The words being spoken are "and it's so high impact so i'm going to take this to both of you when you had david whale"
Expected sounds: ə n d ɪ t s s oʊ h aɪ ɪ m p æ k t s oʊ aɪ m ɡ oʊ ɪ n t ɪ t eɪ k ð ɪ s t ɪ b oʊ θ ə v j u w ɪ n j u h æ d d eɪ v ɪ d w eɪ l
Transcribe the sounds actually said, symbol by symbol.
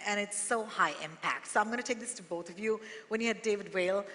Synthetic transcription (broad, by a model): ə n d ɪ t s s oʊ h aɪ ɪ m p æ k t s oʊ aɪ m ɡ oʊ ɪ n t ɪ t eɪ k ð ɪ s t ɪ b oʊ θ ə v j u w ɪ n j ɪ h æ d d eɪ v ɪ d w eɪ l